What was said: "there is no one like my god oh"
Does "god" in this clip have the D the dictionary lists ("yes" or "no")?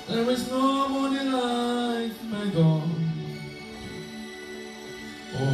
no